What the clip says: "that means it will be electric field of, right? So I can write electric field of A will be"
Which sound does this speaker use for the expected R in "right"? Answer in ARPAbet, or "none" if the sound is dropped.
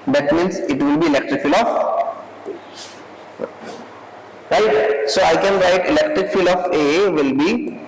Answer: R